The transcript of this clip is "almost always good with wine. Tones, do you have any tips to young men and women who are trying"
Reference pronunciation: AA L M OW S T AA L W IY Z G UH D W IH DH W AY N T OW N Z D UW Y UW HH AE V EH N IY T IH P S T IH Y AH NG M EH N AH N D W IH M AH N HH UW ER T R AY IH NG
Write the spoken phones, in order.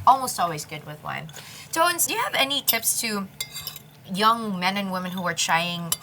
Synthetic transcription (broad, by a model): AA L M OW S T AA L W IY Z G UH D W IH DH W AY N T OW N S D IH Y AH V EH N IY T IH P S T IH Y AH NG M EH N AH N W IH M AH N HH UW ER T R AY IH NG